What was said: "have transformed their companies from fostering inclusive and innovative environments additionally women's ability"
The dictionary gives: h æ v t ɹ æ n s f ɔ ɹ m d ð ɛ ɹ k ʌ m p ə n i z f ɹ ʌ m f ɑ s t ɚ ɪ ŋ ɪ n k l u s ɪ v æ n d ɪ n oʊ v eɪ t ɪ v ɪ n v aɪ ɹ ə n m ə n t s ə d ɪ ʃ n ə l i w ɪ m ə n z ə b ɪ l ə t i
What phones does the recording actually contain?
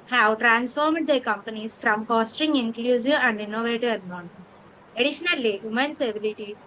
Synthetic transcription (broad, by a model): h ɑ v t ɹ æ n s f ɔ ɹ m d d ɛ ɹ k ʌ m p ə n i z f ɹ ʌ m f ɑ s t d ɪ ŋ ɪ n k l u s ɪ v æ n d ɪ n oʊ v eɪ t ɪ v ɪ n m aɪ ə n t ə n s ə d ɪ ʃ n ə l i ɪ m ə n s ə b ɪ l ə t i